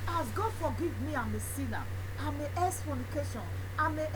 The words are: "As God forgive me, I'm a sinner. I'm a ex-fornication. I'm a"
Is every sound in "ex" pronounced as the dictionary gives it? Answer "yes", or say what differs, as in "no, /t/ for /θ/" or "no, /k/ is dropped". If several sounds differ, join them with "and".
no, /k/ is dropped